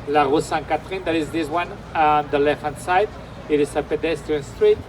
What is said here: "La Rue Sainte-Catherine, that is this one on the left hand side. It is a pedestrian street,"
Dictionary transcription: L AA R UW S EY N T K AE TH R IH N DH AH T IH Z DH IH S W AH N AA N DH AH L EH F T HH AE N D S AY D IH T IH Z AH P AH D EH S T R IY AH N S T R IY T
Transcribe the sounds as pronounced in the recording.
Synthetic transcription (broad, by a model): L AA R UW S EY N K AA T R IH N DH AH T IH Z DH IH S W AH N AA N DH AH L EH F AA N S AY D IH T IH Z AH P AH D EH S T IY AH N S T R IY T